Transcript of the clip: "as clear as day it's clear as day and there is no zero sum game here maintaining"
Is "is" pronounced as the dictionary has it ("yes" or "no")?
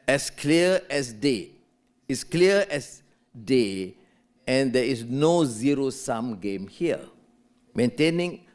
no